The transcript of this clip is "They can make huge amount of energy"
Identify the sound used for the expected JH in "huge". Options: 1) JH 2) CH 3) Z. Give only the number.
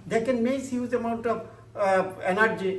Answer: 3